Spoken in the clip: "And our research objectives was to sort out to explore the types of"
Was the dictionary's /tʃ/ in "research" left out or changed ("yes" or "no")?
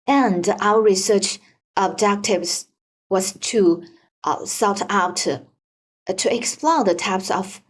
no